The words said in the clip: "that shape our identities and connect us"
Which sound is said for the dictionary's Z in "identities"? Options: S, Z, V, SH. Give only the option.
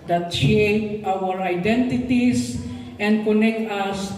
S